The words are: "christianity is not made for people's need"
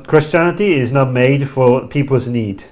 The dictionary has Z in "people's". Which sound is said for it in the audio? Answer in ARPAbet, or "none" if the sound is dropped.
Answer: Z